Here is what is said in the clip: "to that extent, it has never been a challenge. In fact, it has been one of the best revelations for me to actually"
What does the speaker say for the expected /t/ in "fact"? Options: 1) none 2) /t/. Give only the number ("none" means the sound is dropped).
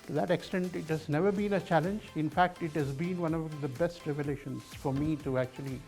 2